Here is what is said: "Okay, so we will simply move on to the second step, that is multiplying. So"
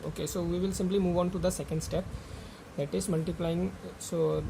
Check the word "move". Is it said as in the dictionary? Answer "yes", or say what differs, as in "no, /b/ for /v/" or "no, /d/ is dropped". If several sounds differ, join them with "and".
yes